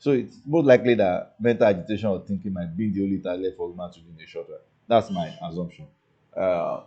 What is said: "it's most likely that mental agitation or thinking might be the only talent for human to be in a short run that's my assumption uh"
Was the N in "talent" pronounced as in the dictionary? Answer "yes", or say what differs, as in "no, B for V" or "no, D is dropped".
no, N is dropped